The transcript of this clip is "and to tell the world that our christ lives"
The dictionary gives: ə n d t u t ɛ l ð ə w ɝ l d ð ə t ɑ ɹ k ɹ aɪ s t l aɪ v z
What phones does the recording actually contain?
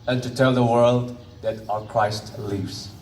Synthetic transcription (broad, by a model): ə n t u t ɛ l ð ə w ɝ l d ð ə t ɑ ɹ k ɹ aɪ s t l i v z